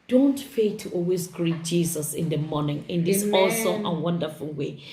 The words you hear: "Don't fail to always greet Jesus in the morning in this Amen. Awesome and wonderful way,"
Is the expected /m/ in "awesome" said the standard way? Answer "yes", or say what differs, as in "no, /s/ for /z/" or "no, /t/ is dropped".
no, /m/ is dropped